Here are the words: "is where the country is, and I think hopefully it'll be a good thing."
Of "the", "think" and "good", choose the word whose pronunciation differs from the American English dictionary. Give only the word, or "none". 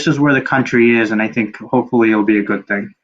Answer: none